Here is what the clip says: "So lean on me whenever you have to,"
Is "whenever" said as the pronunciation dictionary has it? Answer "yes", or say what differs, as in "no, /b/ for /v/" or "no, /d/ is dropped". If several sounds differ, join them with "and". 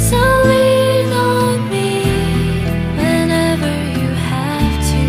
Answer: yes